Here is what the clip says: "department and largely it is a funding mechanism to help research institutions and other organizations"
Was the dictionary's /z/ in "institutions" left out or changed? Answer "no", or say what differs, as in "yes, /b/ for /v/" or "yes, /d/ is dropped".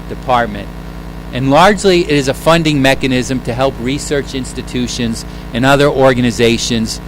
no